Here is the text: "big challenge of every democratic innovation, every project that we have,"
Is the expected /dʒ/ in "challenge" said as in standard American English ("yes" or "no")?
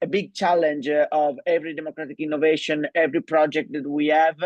yes